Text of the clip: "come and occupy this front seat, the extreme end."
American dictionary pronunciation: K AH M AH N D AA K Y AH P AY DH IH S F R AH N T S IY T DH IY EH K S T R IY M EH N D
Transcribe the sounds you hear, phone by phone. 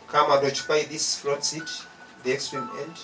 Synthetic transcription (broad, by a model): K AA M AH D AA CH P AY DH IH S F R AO T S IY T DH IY EH K S T R IY M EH N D